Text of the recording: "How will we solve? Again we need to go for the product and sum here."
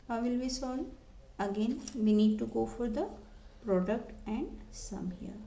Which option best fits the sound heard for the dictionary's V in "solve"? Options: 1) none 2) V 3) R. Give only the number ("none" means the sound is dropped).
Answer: 1